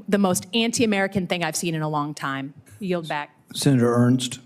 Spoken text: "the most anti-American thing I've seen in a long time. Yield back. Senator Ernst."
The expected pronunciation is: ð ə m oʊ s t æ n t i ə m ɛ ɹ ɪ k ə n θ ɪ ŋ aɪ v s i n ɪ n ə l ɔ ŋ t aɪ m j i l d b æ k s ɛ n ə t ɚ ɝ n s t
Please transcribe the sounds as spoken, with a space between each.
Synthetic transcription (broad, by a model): ð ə m oʊ s t æ n t i ə m ɛ ɹ ɪ k ə n θ ɪ ŋ aɪ v s i n ɪ n ə l ɔ ŋ t aɪ m j i l d b æ k s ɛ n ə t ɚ ɝ n s t